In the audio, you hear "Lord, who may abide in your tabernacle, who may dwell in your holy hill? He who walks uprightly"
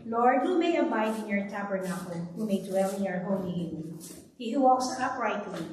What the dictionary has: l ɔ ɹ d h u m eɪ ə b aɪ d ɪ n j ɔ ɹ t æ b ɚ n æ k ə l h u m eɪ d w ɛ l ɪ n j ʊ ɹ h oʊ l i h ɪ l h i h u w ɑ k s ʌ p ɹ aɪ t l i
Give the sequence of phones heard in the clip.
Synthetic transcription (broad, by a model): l ɔ ɹ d h u m eɪ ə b aɪ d ɪ n j ɔ ɹ t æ b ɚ n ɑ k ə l h u m eɪ d w ɛ l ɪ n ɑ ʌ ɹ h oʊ n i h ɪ n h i h u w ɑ k s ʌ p ɹ aɪ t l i